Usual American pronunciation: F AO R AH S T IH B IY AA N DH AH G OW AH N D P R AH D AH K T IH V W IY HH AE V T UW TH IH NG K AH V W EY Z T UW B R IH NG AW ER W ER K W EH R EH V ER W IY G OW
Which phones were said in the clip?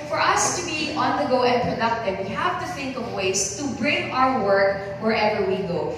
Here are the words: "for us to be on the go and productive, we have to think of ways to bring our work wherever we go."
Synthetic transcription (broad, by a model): F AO R AH S T IH B IY AA N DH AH G OW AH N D P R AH D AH K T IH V W IY HH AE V T UW TH IH NG K AH V W EY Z T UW B R IH NG AW ER W ER K W EH R EH V ER W IY G OW